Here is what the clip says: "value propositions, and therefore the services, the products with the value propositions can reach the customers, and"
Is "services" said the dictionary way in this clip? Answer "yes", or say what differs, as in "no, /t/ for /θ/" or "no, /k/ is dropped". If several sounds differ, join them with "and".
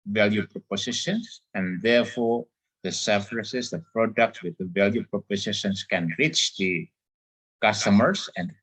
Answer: no, /f/ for /v/